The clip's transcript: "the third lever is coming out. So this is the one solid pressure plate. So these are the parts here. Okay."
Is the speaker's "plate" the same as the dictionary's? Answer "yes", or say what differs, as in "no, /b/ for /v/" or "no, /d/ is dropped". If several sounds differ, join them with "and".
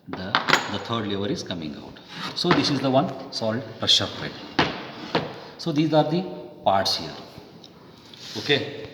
no, /l/ is dropped